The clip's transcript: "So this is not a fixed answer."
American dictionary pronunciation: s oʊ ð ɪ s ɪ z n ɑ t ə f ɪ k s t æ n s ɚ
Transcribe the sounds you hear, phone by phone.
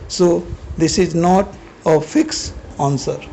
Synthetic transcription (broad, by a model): s oʊ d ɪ s ɪ z n ɑ t ə f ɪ k s ɑ n s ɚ